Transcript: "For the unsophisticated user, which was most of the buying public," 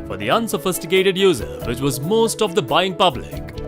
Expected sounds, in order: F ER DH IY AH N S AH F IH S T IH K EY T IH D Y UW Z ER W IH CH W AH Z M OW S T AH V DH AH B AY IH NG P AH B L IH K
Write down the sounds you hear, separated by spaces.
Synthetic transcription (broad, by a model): F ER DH IY AH N S AH F IH S T IH K EY T IH D Y UW Z ER W IH CH W AH Z M OW S T AH V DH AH B AY IH NG P AH B L IH K